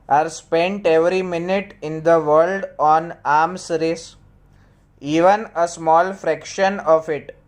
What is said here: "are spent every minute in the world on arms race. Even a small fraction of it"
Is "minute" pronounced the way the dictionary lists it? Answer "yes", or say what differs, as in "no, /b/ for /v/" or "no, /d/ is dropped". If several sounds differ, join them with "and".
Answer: yes